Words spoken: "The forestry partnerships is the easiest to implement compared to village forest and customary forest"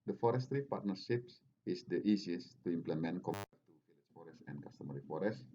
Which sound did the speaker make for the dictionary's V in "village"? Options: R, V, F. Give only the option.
F